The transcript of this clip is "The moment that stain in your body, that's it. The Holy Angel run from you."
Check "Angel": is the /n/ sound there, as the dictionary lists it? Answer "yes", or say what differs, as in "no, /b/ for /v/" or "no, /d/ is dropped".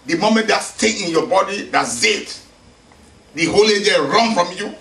no, /n/ is dropped